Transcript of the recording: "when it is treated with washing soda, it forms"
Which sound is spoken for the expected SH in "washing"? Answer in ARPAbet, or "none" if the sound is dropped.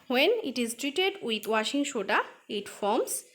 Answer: SH